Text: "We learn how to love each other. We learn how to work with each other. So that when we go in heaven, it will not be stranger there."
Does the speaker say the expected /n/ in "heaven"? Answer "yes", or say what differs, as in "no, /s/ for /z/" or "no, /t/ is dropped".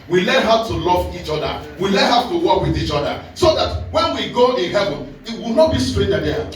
no, /n/ is dropped